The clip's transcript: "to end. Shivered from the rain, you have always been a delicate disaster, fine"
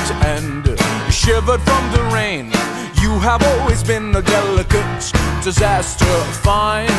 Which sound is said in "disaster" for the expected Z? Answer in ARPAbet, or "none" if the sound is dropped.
Z